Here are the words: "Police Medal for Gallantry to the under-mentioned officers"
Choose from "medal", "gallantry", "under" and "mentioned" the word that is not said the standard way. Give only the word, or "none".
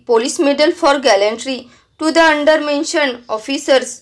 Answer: mentioned